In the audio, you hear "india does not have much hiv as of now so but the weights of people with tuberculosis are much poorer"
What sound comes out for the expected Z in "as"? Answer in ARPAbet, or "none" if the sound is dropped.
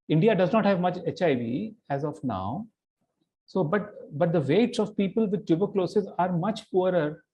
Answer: Z